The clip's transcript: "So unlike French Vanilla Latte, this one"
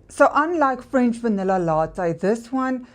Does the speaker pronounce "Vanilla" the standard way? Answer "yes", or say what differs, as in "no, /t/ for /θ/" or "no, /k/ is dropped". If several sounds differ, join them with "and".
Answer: yes